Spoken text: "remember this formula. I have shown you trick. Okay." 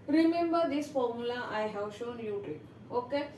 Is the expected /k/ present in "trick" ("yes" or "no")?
no